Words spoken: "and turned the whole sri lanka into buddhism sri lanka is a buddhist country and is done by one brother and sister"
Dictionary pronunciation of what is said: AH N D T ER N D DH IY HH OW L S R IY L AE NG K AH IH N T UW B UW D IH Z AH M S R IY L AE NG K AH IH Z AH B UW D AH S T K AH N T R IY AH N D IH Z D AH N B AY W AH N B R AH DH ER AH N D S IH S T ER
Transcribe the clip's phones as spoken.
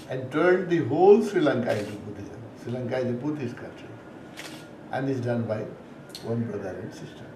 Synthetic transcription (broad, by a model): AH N D T ER N D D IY HH OW L S R IY L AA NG K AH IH T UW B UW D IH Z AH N S R IY L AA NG K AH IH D AH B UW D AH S K AH N T R IY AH N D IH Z D AH N B AY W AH N B R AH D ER AH N D S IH S T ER